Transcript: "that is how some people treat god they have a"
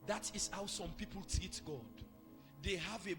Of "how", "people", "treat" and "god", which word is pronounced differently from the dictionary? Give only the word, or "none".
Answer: treat